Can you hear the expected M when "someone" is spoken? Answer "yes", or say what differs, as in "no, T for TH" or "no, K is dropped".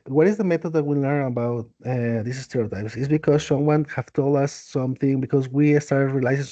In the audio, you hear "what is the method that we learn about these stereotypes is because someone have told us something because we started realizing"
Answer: yes